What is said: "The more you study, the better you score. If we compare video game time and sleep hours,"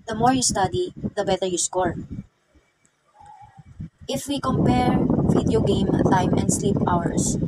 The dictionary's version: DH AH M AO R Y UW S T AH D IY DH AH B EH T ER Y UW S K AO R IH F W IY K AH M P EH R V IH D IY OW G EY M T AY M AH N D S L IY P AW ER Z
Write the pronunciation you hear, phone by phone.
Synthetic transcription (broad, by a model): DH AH M AO R Y UW S T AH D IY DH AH B EH T ER Y UW S K AO R IH F W IY K AH M P EH R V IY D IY OW G EY M T AY M AH N D S L IY P AW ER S